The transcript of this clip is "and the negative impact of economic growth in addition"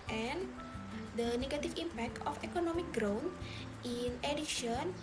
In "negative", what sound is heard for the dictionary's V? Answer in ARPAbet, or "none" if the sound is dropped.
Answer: F